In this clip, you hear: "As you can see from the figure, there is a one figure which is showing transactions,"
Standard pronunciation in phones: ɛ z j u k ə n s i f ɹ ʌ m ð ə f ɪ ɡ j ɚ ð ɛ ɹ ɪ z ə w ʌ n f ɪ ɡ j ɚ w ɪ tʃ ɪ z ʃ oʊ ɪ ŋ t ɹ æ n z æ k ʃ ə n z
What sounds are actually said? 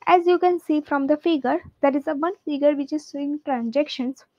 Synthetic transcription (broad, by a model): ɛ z j u k ə n s i f ɹ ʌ m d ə f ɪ ɡ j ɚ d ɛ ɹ ɪ z ə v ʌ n f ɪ ɡ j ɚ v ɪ tʃ ɪ z s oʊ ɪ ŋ t ɹ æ n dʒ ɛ k ʃ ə n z